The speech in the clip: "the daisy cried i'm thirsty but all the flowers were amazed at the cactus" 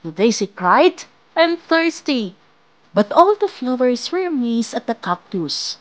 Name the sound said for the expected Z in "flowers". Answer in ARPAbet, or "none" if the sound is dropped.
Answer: S